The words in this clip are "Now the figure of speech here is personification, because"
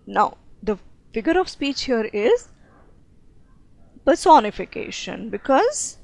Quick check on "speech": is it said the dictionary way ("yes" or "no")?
yes